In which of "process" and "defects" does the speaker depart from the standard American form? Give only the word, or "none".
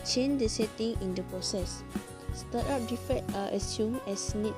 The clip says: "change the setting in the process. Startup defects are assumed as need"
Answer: defects